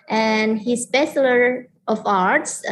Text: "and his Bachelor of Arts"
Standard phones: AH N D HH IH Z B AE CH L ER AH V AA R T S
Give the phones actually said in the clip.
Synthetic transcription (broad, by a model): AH N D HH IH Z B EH S L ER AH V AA R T S